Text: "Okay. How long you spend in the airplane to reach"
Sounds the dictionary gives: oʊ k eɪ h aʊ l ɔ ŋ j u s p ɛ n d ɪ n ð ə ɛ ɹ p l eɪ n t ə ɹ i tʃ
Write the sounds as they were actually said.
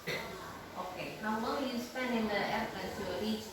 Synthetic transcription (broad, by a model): oʊ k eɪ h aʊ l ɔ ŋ j u s p ɛ n d ɪ n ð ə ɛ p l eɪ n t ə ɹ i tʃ